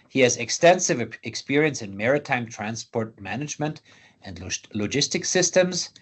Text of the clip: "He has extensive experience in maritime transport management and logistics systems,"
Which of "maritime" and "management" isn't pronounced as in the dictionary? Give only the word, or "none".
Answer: none